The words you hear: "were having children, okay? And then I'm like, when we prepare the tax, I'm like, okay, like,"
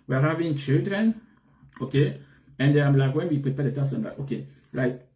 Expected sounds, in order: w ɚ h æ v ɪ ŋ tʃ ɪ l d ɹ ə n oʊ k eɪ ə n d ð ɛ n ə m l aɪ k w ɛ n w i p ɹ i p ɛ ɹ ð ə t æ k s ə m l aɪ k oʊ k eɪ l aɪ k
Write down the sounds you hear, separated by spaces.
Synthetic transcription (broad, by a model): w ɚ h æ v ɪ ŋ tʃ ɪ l d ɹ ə n oʊ k eɪ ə n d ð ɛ ə m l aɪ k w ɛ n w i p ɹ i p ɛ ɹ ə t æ s ə m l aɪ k oʊ k eɪ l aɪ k